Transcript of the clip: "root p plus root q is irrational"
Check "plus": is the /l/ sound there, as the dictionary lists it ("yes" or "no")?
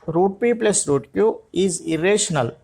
yes